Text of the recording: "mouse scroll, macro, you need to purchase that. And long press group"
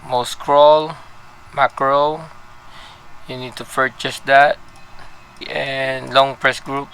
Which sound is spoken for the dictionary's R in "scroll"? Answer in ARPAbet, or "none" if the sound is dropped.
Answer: R